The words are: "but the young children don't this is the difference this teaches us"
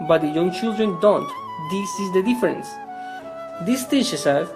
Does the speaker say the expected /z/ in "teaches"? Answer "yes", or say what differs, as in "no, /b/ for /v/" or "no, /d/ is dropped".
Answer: no, /s/ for /z/